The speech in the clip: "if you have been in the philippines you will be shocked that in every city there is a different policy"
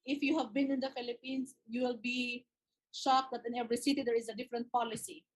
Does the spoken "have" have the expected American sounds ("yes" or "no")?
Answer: yes